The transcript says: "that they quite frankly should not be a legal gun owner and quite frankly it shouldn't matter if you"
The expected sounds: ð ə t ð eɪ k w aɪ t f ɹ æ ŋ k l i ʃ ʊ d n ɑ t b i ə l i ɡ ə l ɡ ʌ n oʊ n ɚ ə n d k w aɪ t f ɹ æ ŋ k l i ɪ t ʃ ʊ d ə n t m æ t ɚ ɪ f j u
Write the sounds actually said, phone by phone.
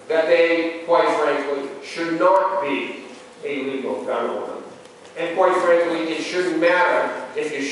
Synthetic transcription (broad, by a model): ð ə t ð eɪ k w aɪ t f ɹ æ ŋ k l i ʃ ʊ d n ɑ t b i ə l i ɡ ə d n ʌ oʊ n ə n k w aɪ t f ɹ æ ŋ k l i ɪ t ʃ ʊ d n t m æ t ɚ ɪ f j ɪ